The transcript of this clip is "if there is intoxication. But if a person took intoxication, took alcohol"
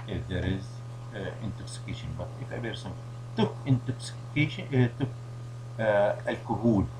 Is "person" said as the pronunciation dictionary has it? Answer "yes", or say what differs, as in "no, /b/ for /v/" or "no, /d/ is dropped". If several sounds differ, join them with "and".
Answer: no, /b/ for /p/